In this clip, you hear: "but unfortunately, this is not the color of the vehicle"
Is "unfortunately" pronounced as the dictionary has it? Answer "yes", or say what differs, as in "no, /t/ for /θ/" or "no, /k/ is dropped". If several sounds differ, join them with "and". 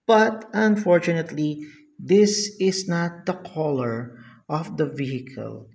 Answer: yes